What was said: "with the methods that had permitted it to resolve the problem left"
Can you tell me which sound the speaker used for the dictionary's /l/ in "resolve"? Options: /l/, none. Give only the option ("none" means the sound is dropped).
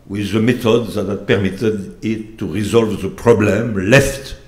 /l/